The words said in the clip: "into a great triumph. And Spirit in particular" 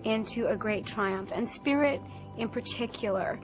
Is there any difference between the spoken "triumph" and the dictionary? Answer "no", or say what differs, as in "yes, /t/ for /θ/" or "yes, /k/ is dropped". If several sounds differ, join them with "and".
no